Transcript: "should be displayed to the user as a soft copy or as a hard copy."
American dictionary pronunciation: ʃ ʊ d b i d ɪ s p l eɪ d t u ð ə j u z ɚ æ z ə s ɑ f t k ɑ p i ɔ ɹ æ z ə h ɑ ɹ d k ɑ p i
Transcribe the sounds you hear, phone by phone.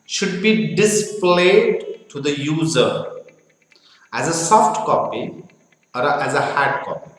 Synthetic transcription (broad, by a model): ʃ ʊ d b i d ɪ s p l eɪ d t u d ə j u z ɚ æ z ə s ɑ f t k ɑ p i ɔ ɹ æ z ə h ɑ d k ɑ p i